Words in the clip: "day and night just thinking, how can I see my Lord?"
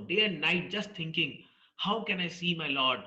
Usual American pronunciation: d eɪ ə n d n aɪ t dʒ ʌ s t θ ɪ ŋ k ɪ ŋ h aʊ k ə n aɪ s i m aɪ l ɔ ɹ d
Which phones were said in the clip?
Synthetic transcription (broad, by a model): d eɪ ə n d n aɪ t dʒ ʌ s t t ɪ ŋ k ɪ ŋ h aʊ k ə n aɪ s i m aɪ l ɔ ɹ d